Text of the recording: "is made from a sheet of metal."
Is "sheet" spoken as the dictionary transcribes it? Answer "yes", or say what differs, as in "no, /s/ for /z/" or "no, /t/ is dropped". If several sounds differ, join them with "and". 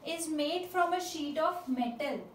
yes